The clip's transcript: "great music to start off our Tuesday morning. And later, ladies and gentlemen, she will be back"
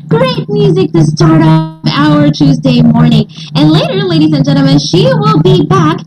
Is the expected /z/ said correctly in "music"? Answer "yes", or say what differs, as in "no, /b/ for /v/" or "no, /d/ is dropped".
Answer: yes